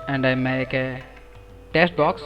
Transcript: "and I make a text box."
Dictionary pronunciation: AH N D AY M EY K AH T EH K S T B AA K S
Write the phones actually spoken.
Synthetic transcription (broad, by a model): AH N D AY M EY K AH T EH S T B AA K S